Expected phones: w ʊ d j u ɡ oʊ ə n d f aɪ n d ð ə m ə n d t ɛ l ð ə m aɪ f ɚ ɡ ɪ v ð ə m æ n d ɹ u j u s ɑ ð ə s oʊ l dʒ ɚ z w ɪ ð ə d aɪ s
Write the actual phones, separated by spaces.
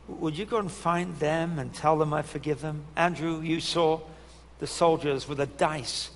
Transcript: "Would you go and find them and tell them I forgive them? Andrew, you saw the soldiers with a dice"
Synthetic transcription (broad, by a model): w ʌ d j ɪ ɡ oʊ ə n f aɪ n ð ə m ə n t ɛ l ð ə m aɪ f ɚ ɡ ɪ v ð ə m æ n d ɹ u j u s ɑ ð ə s oʊ l dʒ ɚ z w ɪ ð ə d aɪ s